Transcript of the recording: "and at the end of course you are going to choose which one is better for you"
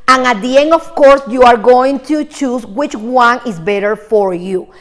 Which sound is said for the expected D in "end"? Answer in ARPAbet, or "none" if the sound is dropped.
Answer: none